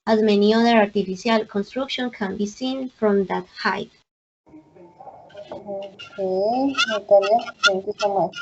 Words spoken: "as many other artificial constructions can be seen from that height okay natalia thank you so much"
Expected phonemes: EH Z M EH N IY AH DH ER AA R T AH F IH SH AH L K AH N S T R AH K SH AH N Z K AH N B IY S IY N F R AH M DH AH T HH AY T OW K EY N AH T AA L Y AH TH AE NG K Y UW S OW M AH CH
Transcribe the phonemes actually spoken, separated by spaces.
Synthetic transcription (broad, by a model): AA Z M EH N IY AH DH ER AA R T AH F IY S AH L K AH N S T R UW K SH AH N K AH N B IY S IY N F R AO M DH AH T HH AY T OW K EY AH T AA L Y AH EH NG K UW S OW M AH